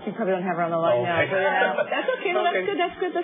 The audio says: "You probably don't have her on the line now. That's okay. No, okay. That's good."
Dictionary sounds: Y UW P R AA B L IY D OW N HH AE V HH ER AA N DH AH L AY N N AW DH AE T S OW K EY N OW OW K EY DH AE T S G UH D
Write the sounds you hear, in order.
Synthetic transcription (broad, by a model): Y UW P R AA B L IY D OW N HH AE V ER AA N DH AH L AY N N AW DH AE T S OW K EY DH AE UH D DH AE T S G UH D